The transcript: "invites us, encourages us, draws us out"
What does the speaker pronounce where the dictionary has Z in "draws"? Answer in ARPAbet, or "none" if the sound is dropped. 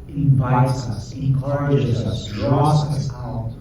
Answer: S